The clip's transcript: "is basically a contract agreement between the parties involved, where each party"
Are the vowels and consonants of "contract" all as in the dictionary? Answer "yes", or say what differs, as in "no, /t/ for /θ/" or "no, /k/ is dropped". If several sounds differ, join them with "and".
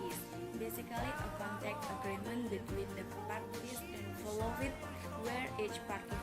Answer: no, /ɹ/ is dropped